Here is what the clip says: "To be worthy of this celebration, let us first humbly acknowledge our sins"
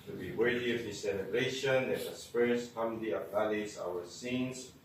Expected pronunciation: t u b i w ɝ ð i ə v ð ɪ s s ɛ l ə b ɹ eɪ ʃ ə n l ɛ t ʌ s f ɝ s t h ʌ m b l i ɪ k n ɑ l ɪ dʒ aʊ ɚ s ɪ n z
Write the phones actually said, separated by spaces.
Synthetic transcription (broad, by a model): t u b i w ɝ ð i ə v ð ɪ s s ɛ l ə b ɹ eɪ ʃ ə n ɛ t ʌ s p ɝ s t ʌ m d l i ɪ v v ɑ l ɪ z aʊ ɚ s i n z